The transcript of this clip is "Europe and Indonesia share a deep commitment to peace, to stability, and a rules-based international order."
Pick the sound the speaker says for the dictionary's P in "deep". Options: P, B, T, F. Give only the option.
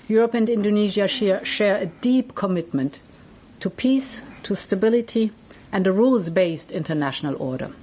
P